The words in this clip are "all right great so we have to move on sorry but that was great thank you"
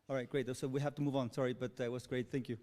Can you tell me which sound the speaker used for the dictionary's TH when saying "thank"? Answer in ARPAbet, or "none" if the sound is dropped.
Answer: TH